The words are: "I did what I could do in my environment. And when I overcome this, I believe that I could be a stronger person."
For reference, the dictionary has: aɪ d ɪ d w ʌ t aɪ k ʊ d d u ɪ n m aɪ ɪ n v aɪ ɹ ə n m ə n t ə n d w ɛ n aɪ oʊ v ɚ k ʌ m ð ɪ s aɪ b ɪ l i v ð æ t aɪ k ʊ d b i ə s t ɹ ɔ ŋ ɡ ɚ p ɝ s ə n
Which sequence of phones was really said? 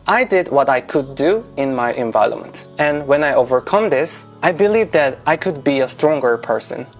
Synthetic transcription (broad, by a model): aɪ d ɪ d w ʌ t aɪ k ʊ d d u ɪ n m aɪ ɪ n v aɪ ə l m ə n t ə n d w ɛ n aɪ oʊ v ɚ k ʌ m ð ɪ s aɪ b ɪ l i v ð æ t aɪ k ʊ d b i ə s t ɹ ɔ ŋ ɡ ɚ p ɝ s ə n